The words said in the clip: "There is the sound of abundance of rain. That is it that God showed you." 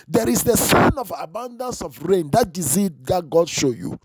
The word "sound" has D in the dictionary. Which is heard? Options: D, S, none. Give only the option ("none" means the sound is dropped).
none